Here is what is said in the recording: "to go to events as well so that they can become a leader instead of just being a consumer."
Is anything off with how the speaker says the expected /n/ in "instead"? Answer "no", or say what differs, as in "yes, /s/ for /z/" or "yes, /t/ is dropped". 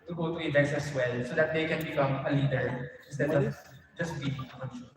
yes, /n/ is dropped